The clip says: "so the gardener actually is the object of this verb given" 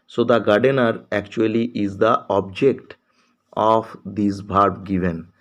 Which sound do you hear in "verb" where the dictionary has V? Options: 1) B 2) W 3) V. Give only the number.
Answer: 1